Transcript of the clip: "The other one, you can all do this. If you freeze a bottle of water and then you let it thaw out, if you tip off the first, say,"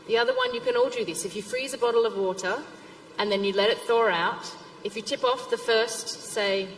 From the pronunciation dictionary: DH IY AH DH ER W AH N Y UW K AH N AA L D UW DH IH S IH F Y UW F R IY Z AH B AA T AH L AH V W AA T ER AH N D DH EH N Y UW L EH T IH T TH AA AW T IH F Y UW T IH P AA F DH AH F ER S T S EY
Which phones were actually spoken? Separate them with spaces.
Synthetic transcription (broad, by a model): DH IY AH DH ER W AH N Y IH K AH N AA L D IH DH IH S IH F Y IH F R IY Z AH B AA T L AH V W AA T ER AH N DH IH N Y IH L EH T IH T TH AA AW T IH F Y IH T IH P AA F DH AH F ER S T S EY